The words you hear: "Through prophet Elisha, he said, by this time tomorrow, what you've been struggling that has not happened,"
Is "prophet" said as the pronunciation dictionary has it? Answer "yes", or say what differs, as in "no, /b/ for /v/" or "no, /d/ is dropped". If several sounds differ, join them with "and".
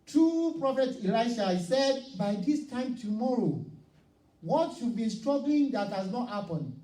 yes